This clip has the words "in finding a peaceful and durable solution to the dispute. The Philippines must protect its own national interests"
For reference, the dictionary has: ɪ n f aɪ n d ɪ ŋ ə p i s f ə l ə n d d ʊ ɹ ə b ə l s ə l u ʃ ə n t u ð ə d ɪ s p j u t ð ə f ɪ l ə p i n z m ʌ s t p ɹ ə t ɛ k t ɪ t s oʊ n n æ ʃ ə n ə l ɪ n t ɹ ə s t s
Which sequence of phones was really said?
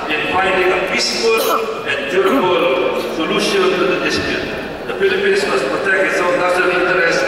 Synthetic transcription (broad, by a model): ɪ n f aɪ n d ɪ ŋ ə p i s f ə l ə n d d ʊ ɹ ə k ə l s ə l u ʃ ə n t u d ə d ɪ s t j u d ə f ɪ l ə p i n s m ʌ s p ɹ ə t ɛ k t ɪ t s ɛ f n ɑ s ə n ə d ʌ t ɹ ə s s